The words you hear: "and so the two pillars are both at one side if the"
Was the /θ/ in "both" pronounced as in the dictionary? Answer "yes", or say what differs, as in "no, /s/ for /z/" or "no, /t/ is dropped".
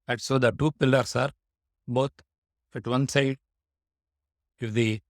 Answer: no, /f/ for /θ/